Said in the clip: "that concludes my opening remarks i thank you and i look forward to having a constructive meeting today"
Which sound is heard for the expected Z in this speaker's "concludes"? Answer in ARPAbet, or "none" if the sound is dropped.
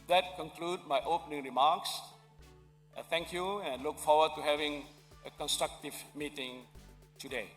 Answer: none